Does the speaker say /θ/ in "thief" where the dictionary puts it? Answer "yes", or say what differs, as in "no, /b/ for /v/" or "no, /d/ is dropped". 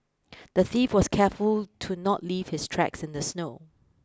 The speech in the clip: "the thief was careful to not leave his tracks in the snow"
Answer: yes